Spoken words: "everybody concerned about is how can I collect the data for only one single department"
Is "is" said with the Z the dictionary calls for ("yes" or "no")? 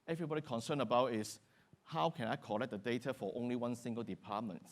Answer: no